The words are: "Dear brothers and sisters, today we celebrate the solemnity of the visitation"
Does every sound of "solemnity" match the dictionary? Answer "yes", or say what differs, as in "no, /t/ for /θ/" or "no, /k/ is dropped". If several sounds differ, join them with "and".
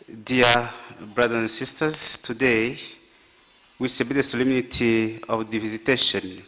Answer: yes